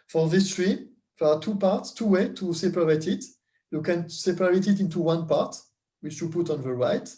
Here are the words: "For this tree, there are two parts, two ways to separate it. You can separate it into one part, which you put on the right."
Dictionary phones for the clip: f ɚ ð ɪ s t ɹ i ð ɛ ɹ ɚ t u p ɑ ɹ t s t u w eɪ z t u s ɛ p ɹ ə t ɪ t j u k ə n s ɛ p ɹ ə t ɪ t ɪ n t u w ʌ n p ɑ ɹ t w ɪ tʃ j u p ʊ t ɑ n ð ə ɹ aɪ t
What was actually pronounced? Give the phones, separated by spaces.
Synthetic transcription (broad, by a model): f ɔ ð ɪ s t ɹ i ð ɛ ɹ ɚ t u p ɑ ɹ t s t u w eɪ t u s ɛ p ɹ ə t ɪ t j u k ə n s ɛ p ɹ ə t ɪ t ɪ n t u w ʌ n p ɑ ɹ t w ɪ tʃ j u p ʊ t ɑ n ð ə ɹ aɪ t